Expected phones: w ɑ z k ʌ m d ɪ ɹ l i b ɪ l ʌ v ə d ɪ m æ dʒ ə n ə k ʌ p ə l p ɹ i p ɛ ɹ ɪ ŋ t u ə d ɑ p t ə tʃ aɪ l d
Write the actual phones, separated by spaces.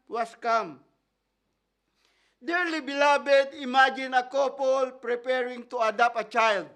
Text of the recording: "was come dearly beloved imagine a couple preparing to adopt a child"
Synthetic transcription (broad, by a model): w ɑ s k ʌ m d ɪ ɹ l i b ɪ l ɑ b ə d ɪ m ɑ dʒ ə n ə k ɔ p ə l p ɹ i p ɛ ɹ ɪ ŋ t u ə d ɑ p t ə tʃ aɪ l d